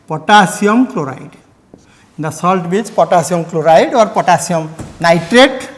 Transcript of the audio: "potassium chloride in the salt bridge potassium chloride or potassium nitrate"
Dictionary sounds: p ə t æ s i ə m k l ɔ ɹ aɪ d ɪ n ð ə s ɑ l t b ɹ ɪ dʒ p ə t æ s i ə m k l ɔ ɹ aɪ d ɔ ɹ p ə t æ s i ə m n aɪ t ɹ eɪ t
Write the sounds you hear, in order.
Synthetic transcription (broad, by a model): p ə t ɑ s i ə m k l ɔ ɹ aɪ d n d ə s ɑ l t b i tʃ p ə t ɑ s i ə m k l ɔ ɹ aɪ d ɔ ɹ p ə t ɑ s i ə m n aɪ t ɹ eɪ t